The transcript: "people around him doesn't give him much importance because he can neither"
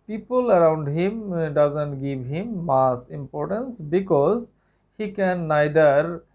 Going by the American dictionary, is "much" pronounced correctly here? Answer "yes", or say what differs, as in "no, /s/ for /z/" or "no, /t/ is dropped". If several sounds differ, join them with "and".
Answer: no, /s/ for /tʃ/